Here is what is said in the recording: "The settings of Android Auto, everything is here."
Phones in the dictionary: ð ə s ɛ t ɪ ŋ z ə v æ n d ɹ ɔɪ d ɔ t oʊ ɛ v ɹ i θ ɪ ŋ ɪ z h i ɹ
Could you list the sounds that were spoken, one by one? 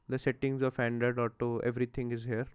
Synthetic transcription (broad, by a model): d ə s ɛ t ɪ ŋ z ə f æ n d ʌ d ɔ t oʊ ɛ v ɹ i t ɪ ŋ ɪ z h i ɹ